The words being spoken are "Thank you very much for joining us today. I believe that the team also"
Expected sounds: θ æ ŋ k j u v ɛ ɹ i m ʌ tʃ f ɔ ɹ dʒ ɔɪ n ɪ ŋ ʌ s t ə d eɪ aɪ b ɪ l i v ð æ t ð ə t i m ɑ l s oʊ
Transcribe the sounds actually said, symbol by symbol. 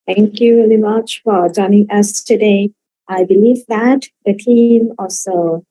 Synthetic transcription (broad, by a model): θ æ ŋ k j u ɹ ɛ l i m ʌ tʃ f ɔ ɹ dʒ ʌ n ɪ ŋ ʌ s t ə d eɪ aɪ b ɪ l i v ð æ t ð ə t i m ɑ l s oʊ